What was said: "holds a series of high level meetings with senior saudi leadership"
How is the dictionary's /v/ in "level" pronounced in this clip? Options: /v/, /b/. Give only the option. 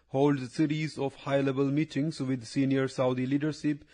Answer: /b/